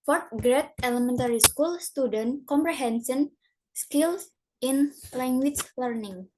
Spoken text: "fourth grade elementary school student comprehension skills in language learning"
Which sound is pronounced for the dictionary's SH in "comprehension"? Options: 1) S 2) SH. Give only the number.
1